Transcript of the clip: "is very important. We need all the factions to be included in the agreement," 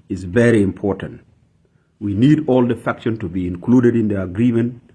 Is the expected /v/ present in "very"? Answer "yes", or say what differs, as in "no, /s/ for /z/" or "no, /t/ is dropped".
yes